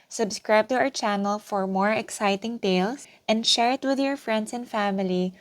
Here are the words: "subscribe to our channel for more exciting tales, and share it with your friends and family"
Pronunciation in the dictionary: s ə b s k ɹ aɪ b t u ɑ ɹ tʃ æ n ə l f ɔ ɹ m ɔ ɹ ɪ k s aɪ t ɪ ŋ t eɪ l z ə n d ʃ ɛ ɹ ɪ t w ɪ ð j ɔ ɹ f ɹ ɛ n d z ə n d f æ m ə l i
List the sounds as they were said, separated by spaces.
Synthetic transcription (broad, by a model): s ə b s k ɹ aɪ b t u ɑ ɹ tʃ æ n ə l f ɔ ɹ m ɔ ɹ ɪ k s aɪ t ɪ ŋ t eɪ l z ə n d ʃ ɛ ɹ ɪ t w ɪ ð j ɔ ɹ f ɹ ɛ n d s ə n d f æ m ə l i